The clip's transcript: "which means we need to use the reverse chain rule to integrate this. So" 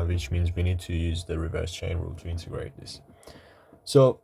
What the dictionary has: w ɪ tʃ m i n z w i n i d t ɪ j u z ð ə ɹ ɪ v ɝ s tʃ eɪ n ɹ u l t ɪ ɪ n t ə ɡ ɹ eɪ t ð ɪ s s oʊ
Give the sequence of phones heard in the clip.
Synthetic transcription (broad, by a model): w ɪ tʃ m i n z w i n i d t ɪ j u z ð ə ɹ ɪ v ɝ s tʃ eɪ n ɹ u l t ɪ ɪ n t ə ɡ ɹ eɪ t ð ɪ s s oʊ